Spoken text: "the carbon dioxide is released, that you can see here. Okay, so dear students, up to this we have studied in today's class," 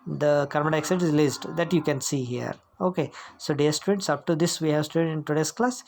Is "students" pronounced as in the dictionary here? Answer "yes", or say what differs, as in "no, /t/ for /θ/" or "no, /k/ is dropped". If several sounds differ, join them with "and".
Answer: no, /n/ is dropped